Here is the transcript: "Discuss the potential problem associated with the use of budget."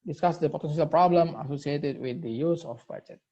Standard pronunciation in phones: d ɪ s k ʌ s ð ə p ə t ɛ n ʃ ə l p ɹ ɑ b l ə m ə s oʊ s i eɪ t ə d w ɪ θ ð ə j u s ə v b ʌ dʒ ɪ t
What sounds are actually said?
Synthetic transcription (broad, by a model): d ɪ s k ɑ s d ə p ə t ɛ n s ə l p ɹ ɑ b l ə m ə s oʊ s i eɪ t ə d w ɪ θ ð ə j u s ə f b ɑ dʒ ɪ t